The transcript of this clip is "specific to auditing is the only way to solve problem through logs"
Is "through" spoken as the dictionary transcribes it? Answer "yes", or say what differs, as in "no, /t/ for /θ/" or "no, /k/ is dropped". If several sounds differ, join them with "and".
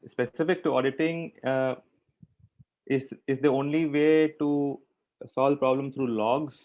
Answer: no, /s/ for /θ/